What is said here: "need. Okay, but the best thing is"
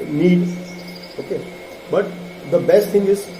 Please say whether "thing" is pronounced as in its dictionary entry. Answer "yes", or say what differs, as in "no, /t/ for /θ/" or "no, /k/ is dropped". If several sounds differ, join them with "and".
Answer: no, /t/ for /θ/